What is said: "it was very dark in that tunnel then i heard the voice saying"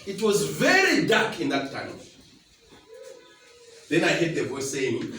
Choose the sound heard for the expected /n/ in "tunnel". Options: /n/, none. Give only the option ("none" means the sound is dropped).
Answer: none